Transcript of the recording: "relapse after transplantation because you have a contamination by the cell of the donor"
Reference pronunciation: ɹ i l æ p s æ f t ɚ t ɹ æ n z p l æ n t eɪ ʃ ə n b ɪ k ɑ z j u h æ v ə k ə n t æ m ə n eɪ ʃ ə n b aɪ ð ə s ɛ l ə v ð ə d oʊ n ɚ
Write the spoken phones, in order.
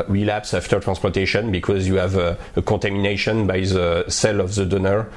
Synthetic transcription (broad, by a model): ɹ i l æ p s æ f t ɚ t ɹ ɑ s p æ t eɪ ʃ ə n b ɪ k ɑ z j u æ v ə k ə t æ m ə n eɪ ʃ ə n b aɪ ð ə s ɛ l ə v ð ə d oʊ n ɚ